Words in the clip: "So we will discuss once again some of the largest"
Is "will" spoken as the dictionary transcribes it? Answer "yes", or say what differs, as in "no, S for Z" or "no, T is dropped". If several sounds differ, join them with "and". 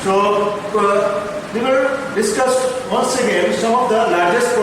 no, N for L